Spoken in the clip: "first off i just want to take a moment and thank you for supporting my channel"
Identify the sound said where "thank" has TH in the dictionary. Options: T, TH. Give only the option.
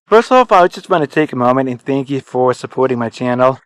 TH